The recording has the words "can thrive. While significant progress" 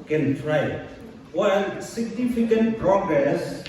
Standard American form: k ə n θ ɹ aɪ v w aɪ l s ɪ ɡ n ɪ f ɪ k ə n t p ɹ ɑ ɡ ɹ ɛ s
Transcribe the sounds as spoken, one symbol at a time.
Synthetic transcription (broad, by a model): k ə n t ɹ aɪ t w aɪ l s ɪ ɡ n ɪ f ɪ k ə n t p ɹ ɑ ɡ ɹ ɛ s